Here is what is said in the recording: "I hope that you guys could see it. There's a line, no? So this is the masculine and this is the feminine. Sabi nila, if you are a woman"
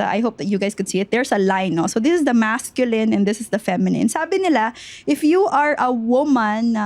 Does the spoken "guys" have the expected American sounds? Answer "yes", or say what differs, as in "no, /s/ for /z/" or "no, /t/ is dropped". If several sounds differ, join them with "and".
no, /s/ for /z/